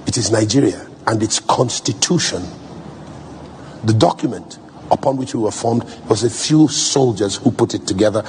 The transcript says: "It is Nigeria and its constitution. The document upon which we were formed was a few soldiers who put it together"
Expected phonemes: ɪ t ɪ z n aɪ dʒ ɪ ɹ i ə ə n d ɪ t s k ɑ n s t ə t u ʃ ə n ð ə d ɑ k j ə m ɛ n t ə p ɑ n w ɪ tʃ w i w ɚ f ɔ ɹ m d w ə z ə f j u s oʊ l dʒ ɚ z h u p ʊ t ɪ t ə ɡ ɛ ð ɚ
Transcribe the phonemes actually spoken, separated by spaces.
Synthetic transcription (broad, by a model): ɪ t ɪ z n aɪ dʒ ɪ ɹ i ə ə n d ɪ t s k ɑ n s t ə t u ʃ ə n ð ə d ɑ k j ə m ɛ n t ə p ɑ n w ɪ tʃ w i w ɚ f ɔ ɹ m d w ə z ə f j u s oʊ l dʒ ɚ z h u p ʊ t ɪ t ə ɡ ɛ ð ɚ